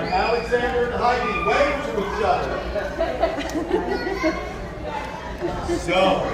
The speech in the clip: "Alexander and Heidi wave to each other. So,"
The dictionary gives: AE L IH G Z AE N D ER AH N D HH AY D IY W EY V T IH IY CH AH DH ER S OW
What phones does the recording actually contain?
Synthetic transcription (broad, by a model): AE L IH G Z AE N D ER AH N HH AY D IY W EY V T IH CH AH IH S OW